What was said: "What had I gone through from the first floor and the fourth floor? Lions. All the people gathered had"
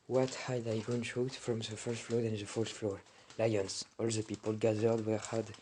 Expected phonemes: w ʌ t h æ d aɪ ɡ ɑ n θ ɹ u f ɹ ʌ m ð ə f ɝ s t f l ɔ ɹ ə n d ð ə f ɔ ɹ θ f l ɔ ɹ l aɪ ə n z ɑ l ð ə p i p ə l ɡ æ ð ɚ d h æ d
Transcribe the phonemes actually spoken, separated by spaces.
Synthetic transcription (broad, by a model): w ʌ t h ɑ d aɪ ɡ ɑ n t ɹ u f ɹ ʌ m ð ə f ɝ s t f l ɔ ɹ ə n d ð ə f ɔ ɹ t f l ɔ ɹ l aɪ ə n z ɑ l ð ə p i p ə l ɡ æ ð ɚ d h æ d